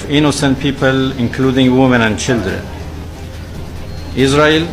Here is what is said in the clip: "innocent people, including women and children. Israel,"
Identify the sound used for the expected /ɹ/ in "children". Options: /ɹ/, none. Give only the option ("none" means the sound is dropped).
/ɹ/